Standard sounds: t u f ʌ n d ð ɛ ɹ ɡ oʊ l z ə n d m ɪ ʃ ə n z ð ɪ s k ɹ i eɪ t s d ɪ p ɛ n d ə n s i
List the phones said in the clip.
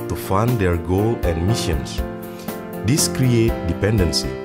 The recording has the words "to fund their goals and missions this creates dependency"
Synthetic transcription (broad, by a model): t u f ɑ n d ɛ ɹ ɡ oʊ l ə n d m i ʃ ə n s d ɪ s k ɹ i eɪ t d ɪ p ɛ n d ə n s i